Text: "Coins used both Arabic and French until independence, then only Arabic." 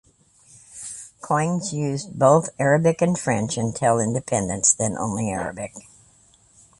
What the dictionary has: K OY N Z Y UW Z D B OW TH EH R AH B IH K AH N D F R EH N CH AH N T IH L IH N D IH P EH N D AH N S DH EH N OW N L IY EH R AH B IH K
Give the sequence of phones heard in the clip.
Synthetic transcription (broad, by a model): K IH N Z Y UW Z B OW TH EH R AH B IH K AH N F R EH N CH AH N T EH L IH N D IH P EH N D AH N S DH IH N OW N L IY EH R AH B IH K